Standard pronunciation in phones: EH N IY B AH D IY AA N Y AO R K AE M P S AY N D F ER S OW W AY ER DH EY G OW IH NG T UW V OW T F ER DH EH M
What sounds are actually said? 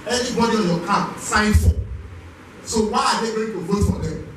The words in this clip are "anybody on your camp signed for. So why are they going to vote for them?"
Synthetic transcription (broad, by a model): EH N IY B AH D IY AA N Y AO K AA P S AY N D F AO S OW W AY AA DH EY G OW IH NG T UW V OW T F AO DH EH M